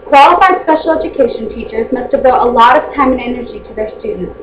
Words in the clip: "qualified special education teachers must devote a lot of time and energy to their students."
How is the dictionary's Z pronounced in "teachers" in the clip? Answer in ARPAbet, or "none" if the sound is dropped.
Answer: Z